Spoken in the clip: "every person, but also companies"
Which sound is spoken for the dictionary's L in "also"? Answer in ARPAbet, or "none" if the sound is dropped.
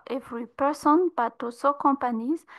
none